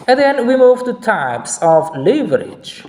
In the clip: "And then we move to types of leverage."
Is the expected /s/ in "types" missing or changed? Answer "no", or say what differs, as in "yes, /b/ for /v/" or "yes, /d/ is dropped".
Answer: no